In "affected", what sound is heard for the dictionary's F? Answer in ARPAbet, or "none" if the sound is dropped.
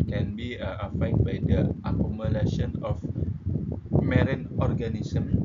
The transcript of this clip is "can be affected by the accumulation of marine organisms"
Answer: none